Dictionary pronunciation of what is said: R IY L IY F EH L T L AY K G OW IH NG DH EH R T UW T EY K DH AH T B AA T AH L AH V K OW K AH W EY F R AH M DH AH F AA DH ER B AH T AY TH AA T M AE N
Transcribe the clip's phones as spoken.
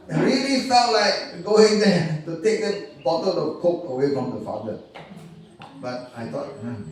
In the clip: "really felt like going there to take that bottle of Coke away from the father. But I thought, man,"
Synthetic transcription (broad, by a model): R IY L IY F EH T L AY K G OW IH NG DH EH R T UW T EY K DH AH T B AA T AH L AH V K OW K AH W EY F R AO M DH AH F AA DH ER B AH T AY T AA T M